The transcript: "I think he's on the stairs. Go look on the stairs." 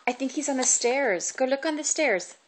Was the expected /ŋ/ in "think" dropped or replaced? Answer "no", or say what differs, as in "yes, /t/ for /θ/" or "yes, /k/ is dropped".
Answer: no